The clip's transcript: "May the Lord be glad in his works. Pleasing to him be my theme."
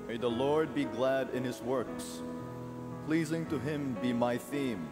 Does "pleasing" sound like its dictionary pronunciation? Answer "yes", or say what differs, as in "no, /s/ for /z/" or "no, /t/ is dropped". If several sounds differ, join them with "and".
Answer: yes